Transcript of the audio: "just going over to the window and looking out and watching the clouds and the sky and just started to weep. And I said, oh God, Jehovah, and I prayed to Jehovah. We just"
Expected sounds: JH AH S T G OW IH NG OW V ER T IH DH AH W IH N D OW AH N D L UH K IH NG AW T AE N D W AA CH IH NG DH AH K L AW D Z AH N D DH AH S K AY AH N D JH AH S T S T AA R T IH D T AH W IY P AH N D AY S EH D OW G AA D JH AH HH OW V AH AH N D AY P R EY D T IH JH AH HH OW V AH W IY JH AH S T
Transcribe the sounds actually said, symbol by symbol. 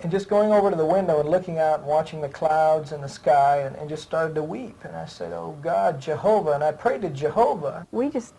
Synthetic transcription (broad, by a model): JH AH S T G OW IH NG OW V ER T IH DH AH W IH N D OW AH N L UH K IH NG AW T W AA CH IH NG DH AH K L AW D Z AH N DH AH S K AY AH N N JH AH S T S T AA R T IH D T AH W IY P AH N AY S EH D OW G AA D JH AH HH OW V AH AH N AY P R EY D T IH JH AH HH OW V AH W IY JH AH S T